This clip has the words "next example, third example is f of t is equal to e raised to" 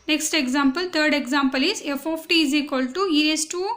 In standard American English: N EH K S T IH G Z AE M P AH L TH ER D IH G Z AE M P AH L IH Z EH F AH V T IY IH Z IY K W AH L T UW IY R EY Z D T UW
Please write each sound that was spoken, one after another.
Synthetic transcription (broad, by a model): N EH K S T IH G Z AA M P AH L T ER D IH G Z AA M P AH L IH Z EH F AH P T IY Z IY K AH L T UW IY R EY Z T UW